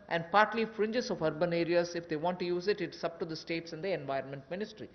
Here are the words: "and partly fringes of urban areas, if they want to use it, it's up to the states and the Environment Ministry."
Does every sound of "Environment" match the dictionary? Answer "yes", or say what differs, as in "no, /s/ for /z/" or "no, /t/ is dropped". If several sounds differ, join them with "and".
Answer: yes